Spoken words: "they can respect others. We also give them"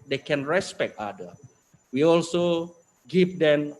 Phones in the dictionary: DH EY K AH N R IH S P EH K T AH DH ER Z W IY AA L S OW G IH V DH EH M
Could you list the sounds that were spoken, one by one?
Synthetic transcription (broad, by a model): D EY K AH N R IH S P EH K T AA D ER W IY AA L S OW G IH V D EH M